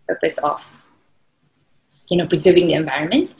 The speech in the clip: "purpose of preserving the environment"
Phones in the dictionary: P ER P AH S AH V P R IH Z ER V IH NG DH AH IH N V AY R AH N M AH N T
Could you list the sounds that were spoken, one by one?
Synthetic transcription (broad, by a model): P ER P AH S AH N P R IH Z ER V IH NG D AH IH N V AY R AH N M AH N T